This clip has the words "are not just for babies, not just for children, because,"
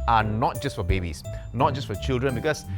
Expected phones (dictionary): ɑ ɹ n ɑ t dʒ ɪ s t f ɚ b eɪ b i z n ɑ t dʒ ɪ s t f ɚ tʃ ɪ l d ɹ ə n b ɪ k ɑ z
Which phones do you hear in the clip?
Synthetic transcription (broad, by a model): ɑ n n ɑ t dʒ ɪ s t f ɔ b eɪ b i s n ɑ t dʒ ɪ s t f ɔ tʃ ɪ l d ɹ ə n b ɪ k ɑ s